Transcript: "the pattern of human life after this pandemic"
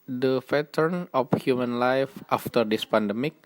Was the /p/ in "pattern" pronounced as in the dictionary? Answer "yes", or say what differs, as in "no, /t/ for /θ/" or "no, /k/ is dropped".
no, /f/ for /p/